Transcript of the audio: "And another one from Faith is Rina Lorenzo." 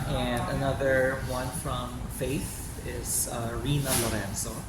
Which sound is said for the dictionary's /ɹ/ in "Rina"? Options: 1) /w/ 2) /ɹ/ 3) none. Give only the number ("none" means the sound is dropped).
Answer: 2